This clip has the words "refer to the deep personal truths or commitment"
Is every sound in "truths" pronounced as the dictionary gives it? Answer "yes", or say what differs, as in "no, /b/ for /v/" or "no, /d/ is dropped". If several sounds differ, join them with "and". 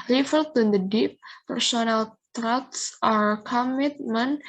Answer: no, /t/ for /θ/